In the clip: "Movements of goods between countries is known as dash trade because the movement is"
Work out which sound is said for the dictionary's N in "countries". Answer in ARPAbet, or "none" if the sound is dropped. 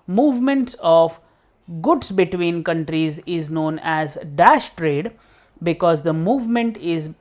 N